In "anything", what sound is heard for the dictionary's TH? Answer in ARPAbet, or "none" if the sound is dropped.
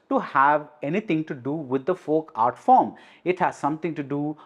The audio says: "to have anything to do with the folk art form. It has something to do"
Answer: T